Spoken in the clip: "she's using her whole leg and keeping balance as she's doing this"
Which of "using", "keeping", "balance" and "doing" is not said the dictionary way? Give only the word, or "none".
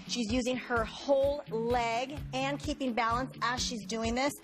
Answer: none